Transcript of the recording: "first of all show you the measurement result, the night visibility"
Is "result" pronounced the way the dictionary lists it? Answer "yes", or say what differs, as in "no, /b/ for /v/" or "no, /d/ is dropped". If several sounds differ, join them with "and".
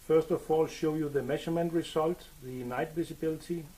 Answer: no, /s/ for /z/